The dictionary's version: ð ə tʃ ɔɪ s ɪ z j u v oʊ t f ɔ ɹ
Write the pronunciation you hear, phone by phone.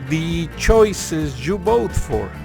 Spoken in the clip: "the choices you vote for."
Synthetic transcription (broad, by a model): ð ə tʃ ɔɪ s ɪ z j u b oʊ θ f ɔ ɹ